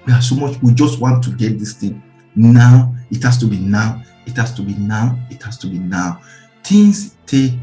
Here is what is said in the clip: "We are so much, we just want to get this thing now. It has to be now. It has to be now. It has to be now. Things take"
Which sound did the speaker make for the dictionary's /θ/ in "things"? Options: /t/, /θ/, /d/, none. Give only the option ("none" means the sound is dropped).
/t/